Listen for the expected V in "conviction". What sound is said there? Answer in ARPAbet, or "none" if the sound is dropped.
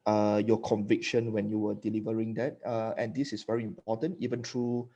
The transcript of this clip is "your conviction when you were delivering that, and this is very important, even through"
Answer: V